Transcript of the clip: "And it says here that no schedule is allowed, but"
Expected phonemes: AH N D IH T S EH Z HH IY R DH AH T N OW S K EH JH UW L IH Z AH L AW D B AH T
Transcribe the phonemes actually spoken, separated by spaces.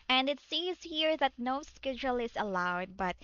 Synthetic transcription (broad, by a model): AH N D IH T S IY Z HH IY R DH AH T N OW S K EH JH UW L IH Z AH L AW D B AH T